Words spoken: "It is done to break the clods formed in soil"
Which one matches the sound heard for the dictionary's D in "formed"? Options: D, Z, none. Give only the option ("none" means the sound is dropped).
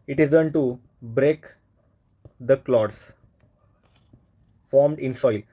D